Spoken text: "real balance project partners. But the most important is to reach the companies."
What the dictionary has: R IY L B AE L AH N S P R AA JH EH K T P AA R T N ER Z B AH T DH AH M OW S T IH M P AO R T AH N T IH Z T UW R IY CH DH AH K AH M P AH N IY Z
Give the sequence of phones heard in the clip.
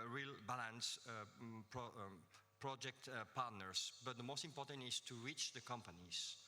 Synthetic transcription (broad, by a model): R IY L B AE L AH N S P R AA JH EH K T P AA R T N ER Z B AH T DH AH M OW S T IH M P AO R T AH N T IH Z T UW R IY CH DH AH K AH M P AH N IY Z